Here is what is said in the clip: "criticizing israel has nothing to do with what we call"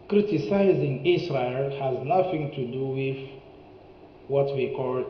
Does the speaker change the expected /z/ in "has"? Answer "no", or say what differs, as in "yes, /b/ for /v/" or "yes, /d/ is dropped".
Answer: no